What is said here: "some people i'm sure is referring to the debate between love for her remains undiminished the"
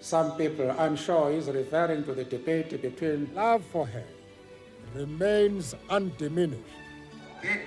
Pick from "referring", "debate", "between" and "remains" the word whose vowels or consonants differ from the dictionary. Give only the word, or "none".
none